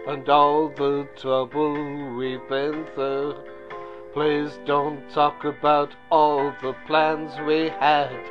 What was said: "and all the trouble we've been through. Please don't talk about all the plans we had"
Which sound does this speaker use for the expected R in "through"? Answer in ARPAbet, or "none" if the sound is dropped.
none